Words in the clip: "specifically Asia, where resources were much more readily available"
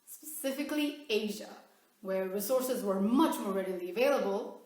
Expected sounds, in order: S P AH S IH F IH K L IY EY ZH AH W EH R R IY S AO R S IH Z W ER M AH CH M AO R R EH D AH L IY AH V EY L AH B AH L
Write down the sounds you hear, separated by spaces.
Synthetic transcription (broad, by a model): S P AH S IH F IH K L IY EY ZH AH W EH R R IY S AO R S IH Z W ER M AH CH M AO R R EH D AH L IY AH V EY L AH B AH L